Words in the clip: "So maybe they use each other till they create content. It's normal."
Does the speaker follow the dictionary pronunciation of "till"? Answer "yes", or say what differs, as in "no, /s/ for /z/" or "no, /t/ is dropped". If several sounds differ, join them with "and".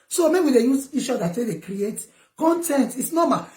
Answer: no, /s/ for /t/